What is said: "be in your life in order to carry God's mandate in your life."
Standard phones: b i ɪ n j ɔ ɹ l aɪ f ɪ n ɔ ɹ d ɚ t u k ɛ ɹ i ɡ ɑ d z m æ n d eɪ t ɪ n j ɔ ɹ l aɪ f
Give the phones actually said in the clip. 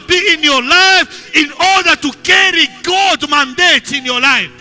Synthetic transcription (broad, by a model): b i ɪ n j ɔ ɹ l aɪ f ɪ n ɔ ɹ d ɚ t u k ɛ ɹ i ɡ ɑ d m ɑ n d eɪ t ɪ n j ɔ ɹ l aɪ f